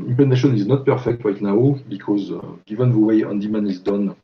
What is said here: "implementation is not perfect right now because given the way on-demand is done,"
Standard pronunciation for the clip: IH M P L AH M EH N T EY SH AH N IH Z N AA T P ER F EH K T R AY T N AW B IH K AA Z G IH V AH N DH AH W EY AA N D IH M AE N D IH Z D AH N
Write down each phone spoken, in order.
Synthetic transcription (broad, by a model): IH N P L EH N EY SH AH N IH Z N AA T P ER F EH K T L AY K N AW B IH K AA Z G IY V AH N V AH W EY AA N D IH M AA N IH Z D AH N